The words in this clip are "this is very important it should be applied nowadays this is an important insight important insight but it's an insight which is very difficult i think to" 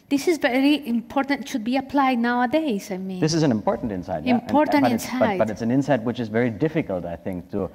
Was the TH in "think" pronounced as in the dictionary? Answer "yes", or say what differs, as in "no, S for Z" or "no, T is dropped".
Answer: yes